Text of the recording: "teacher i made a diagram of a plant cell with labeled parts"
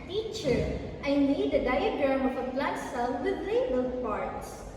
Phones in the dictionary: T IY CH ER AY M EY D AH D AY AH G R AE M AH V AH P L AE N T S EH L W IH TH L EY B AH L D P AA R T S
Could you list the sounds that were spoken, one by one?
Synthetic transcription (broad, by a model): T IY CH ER AY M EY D AH D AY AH G R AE M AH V AH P L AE T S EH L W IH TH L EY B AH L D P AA R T S